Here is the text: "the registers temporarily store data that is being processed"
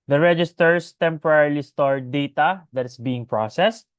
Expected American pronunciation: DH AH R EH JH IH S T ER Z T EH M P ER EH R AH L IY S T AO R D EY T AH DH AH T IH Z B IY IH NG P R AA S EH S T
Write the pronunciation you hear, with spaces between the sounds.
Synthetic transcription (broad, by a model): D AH R EH JH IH S T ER S T EH M P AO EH R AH L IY S T AO R D EY T AH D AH T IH S B IY IH NG P R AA S EH S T